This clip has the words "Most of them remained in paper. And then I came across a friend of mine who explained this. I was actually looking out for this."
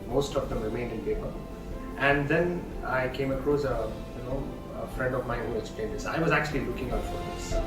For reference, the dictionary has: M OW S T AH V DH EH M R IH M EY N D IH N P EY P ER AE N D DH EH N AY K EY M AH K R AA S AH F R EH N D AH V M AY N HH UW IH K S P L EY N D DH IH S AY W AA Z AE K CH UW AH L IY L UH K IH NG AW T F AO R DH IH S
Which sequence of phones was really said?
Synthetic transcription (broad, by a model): M OW S T AH V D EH M R IH M EY N D IH N P EY P ER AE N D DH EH N AY K EY M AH K R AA S AH F R EH N D AH V M AY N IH K S P L EY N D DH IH S AY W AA Z AE K CH UW AH L IY L UH K IH NG AW T F AO R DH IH S